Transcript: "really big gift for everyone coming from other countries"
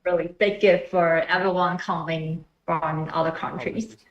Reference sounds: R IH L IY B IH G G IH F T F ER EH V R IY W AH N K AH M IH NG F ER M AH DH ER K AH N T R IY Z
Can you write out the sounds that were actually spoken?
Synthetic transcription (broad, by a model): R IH L IY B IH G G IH T F ER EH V IY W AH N K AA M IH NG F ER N AH DH ER K AH N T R IY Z